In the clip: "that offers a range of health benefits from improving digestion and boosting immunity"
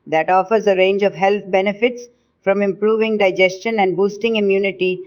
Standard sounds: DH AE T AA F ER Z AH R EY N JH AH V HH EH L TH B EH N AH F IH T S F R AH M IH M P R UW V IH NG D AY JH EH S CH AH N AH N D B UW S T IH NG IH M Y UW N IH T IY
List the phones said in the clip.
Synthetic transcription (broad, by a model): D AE T AA F ER Z AH R EY N JH AH V HH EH L T B EH N AH F IH T S F R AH M IH M P R UW V IH NG D AY JH EH S CH AH N AH N D B UW S T IH NG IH M Y UW N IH T IY